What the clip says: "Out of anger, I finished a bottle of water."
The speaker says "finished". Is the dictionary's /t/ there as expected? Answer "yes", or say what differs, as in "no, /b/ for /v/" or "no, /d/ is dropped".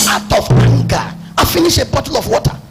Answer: no, /t/ is dropped